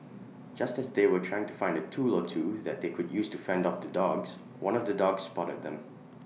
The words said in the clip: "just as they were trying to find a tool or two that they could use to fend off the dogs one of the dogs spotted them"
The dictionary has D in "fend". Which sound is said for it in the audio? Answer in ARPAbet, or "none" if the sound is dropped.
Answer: D